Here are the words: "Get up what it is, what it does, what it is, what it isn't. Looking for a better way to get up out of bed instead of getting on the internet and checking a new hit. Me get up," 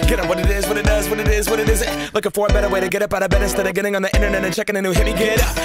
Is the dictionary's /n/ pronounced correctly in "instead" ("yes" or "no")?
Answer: no